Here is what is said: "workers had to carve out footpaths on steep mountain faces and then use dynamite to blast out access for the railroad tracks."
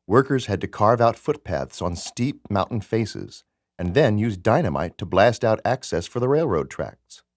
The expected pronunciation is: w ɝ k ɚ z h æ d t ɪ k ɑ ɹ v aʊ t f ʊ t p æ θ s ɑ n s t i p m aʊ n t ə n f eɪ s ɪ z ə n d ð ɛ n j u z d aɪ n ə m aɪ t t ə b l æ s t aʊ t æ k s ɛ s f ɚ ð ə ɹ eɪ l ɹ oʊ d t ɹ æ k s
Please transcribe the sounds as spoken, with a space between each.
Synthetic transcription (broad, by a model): w ɝ k ɚ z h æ d t ɪ k ɑ ɹ v aʊ t f ʊ t p æ θ s n s t i p m aʊ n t n f eɪ s ɪ z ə n ð ɛ n j u z d aɪ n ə m aɪ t t ə b l æ s t aʊ t æ k s ɛ s f ɚ ð ə ɹ eɪ l ɹ oʊ d t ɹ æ k s